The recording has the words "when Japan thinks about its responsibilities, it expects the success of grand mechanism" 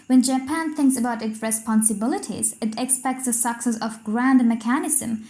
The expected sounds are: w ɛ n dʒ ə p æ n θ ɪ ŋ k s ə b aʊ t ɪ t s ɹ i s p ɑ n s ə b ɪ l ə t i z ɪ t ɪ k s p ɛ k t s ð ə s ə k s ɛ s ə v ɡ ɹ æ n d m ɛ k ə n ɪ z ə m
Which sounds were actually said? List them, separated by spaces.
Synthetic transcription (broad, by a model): w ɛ n dʒ ə p æ n θ ɪ ŋ k s ə b aʊ t ɪ t s ɹ i s p ɑ n s ə b ɪ l ə t i z ɪ t ɪ k s p ɛ k t s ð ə s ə k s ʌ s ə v ɡ ɹ æ n d m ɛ k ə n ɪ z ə m